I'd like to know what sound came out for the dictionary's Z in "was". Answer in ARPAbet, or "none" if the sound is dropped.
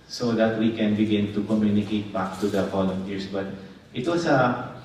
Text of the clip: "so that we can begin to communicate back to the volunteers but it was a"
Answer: S